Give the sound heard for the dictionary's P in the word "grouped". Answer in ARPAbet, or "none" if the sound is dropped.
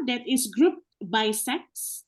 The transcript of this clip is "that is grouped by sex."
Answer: P